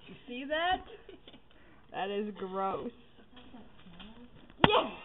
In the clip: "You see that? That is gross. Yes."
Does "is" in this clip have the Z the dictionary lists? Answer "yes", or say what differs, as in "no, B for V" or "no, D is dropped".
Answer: yes